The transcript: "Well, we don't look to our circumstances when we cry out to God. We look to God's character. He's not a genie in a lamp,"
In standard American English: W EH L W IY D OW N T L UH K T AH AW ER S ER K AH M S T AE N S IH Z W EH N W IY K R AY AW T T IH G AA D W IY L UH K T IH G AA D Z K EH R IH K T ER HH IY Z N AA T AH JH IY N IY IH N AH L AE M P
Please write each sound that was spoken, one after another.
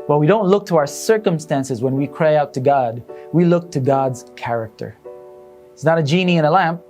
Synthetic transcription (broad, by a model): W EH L W IY D OW N T L UH K T AH AW ER S ER K AH M S T AE N S IH Z W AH N W IY K R AY AW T T IH G AA D W IY L UH K T IH G AA D Z K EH R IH K T ER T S N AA T AH JH IY N IY IH N AH L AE M P